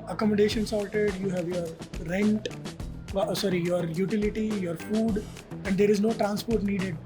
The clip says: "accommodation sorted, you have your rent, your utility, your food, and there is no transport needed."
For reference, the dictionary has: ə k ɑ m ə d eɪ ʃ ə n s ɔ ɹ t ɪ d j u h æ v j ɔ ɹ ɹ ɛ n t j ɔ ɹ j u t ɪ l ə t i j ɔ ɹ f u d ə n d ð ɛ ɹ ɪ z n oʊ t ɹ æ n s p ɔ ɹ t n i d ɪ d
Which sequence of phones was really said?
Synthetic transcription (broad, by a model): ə k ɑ m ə d eɪ ʃ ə n s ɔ l t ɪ d j u h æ v j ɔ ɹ ɹ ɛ n t j ɔ ɹ j u t ɪ l ə t i j ɔ ɹ f u d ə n d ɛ ɹ ɪ z n oʊ t ɹ æ n s p ɔ ɹ t n i d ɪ d